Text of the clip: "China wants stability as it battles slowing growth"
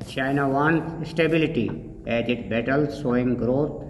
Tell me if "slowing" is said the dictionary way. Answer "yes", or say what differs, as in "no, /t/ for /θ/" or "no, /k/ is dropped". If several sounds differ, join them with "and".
no, /l/ is dropped